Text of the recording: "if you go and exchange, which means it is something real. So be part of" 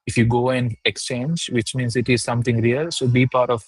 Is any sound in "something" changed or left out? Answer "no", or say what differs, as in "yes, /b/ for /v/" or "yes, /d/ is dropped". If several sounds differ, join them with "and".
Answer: yes, /t/ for /θ/